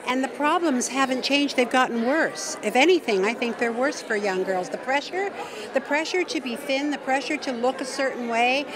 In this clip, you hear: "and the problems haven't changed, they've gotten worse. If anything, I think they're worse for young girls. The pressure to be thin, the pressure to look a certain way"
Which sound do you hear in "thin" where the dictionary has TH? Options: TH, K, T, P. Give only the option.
TH